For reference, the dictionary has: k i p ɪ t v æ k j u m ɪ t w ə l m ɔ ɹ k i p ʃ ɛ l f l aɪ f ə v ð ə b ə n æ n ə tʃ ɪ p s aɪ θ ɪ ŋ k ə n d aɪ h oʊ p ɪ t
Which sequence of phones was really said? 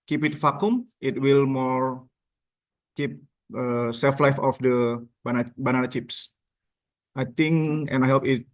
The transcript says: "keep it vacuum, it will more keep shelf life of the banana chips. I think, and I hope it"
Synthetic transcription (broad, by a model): k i p ɪ t f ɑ k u m ɪ t w ə l m ɔ ɹ k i p s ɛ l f l aɪ f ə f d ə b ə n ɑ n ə tʃ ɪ p s aɪ t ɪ ŋ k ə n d aɪ h oʊ p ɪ t